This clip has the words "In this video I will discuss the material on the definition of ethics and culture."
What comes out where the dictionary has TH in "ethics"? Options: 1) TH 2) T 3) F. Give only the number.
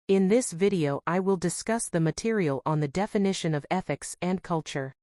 1